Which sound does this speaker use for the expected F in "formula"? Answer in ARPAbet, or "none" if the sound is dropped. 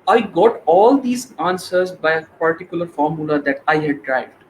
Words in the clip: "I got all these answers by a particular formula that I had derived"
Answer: F